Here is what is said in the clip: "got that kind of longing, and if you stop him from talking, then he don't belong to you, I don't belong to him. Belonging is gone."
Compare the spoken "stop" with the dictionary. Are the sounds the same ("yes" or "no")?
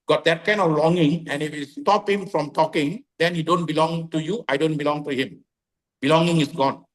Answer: yes